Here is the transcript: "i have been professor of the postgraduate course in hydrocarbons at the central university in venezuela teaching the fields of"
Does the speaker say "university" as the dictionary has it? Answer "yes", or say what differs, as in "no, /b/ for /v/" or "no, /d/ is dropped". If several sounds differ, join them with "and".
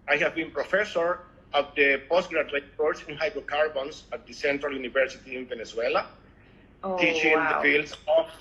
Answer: yes